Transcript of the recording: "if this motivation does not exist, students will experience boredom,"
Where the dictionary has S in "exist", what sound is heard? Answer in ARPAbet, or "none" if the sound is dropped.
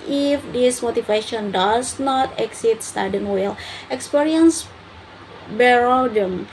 none